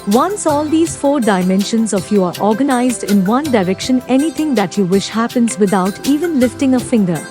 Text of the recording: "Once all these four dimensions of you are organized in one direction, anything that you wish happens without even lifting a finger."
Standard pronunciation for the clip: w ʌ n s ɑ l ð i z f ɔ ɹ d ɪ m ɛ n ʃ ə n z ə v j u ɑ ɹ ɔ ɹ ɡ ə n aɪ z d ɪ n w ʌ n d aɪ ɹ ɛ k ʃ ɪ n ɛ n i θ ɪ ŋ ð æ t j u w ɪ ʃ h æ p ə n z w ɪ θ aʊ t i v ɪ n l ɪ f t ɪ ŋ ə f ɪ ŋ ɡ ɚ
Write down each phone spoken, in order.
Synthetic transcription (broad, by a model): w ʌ n s ɑ l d i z f ɔ ɹ d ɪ m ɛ n ʃ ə n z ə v j u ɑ ɹ ɔ ɹ ɡ ə n aɪ z d ɪ n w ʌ n d aɪ ɹ ɛ k ʃ ɪ n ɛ n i t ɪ ŋ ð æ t j u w ɪ ʃ h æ p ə n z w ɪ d aʊ t i v ɪ n l ɪ f t ɪ ŋ ə f ɪ ŋ ɡ ɚ